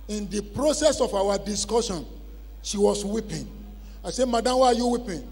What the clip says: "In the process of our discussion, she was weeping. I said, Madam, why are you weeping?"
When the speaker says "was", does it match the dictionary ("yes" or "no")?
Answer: no